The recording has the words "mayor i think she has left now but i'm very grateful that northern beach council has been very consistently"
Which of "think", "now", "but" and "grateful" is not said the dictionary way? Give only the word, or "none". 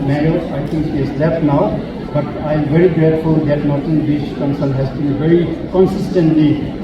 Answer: think